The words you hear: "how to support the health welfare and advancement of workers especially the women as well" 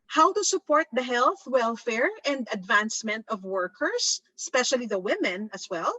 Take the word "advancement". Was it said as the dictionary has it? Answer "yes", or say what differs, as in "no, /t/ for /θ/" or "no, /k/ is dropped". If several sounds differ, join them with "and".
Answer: yes